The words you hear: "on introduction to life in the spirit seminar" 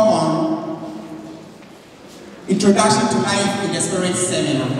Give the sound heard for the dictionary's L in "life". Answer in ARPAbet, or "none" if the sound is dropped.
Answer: N